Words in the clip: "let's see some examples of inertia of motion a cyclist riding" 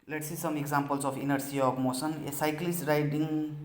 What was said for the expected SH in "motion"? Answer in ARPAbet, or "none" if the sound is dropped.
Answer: S